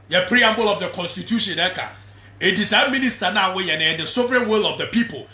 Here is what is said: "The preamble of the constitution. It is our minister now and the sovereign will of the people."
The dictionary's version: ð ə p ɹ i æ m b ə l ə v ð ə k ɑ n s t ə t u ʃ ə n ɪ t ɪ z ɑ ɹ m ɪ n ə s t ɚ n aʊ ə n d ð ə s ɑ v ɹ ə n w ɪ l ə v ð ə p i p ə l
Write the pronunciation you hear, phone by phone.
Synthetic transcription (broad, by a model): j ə p ɹ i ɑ m b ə l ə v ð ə k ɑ n s t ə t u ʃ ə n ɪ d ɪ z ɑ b m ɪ n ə s t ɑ n aʊ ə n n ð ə s ɑ v ɹ ə n w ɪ l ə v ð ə p i p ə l